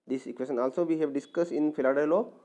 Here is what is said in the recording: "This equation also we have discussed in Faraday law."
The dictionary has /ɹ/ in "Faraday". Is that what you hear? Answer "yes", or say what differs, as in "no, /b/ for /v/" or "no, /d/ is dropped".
no, /l/ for /ɹ/